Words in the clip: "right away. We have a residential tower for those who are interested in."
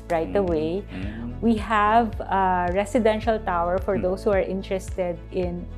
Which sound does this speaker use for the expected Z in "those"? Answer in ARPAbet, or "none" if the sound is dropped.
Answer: S